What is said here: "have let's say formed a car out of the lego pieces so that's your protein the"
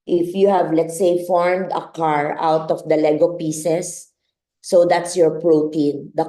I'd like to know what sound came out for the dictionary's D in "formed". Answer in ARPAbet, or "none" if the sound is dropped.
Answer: D